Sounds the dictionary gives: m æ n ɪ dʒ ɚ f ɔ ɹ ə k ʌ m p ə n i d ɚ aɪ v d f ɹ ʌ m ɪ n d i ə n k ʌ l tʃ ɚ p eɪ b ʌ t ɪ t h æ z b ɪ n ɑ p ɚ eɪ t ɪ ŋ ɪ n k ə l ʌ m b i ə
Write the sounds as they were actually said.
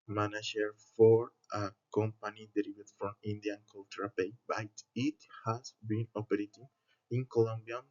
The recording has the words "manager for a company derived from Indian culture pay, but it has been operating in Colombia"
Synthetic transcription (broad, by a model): m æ n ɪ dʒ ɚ f ɔ ɹ ə k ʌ m p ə n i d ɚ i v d f ɹ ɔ m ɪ n d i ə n k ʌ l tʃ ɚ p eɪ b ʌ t ɪ t h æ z b ɪ n ɑ p ɚ eɪ t ɪ ŋ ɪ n k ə l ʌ m b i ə